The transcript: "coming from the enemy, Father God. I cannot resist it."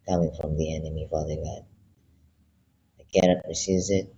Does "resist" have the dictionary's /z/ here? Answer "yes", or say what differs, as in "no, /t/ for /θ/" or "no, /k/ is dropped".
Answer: no, /s/ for /z/